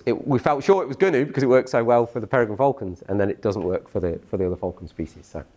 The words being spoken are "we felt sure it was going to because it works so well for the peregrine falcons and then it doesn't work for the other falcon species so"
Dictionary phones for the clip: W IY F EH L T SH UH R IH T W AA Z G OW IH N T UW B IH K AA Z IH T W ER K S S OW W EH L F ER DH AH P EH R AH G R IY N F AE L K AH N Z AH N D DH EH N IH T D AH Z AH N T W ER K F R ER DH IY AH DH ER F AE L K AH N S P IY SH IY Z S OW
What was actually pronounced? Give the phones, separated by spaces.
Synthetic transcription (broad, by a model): W IY F EH L T SH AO R IH T W AA Z G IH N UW B IH K AA Z IH T W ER K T S OW W EH L F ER DH AH P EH R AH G AH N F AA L K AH N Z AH N DH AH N IH T D AH Z AH N T W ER K F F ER DH IY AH DH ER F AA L K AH N S P IY SH IY Z S OW